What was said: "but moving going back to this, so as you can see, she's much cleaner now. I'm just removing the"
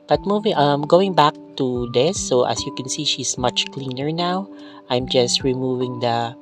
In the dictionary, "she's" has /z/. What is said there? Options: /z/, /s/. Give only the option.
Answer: /s/